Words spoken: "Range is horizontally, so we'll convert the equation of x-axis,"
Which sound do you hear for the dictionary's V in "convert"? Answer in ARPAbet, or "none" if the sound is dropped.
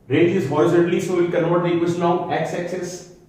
none